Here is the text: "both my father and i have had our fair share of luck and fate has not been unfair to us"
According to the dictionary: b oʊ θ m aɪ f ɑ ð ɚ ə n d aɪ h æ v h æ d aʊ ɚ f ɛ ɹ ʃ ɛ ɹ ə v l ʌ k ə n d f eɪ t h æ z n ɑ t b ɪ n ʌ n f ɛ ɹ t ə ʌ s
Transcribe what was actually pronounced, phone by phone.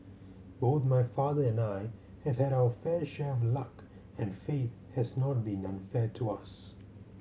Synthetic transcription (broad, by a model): b oʊ θ m aɪ f ɑ ð ɚ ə n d aɪ h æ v h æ d aʊ ɚ f ɛ ɹ ʃ ɛ ɹ ə v l ʌ k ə n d f eɪ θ h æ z n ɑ t b ɪ n ʌ n f ɛ ɹ t ə ʌ s